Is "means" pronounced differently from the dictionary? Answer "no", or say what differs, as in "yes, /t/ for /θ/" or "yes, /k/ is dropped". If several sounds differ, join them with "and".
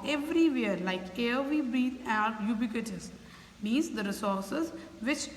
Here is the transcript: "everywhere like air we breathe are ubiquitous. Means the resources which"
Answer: yes, /n/ is dropped